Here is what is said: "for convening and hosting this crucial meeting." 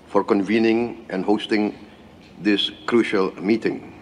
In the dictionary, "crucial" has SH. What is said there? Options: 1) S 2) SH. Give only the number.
2